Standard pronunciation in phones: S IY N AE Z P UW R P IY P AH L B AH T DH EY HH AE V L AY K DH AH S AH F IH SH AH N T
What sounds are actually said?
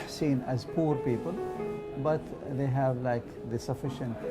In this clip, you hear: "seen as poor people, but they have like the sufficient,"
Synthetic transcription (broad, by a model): S IY N AE Z P UW R P IY P AH L B AH T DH EY HH AE V L AY K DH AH S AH F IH SH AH N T